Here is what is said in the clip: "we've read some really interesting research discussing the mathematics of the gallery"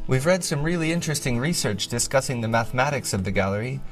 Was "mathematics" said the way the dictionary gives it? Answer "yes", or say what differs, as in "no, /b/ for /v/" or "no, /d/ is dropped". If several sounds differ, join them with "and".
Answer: yes